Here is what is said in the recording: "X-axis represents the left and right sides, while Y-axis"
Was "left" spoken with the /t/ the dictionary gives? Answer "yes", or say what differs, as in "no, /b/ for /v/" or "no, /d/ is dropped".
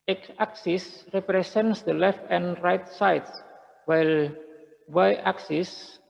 yes